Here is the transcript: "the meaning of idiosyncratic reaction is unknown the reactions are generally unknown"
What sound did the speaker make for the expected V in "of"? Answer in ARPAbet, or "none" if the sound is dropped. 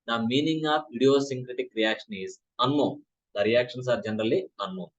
P